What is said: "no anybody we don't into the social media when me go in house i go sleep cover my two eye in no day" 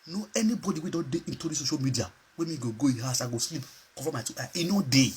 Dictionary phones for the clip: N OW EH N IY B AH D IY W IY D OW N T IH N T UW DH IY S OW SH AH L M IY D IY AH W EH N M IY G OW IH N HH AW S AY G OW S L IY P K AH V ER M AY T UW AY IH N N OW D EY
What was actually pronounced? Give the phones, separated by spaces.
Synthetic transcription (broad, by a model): N OW EH N IY B AH D IY W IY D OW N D IH N T UW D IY S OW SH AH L M IY D IY AH W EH M IY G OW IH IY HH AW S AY G OW S L IY P K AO F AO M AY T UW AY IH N N OW D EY